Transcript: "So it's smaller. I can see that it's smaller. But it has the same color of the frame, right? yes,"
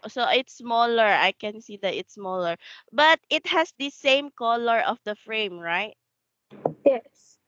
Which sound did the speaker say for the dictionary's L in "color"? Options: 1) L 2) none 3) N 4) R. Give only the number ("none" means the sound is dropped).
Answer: 1